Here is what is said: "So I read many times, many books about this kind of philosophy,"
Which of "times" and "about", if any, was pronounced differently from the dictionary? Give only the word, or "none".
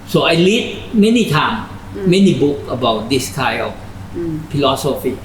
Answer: times